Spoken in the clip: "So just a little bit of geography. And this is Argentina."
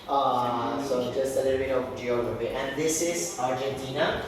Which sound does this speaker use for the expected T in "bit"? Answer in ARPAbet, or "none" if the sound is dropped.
none